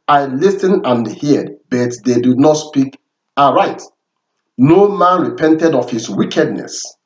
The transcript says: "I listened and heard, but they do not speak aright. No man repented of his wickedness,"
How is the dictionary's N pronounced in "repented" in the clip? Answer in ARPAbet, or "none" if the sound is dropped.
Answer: N